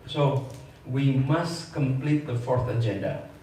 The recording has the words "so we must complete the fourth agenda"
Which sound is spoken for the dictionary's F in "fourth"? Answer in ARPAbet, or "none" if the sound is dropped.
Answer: F